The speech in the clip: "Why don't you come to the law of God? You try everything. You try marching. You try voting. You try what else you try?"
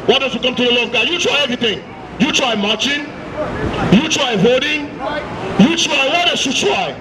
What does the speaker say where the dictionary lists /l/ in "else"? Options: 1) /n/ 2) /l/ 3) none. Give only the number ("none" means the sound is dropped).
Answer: 3